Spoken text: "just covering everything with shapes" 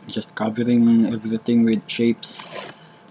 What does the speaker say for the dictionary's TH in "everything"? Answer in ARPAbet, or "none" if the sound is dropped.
T